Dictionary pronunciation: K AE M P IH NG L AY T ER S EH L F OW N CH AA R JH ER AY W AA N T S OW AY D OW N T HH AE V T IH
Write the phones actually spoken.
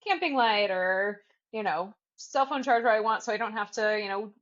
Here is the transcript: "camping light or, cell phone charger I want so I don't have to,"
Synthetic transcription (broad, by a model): K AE M P IH NG L AY T ER S EH L F OW N CH AA R JH ER AY W AA N T S OW AY D OW N T HH AE F T IH